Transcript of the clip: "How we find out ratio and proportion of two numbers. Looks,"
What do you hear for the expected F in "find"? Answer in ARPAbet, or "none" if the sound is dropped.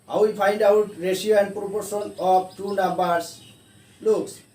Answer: P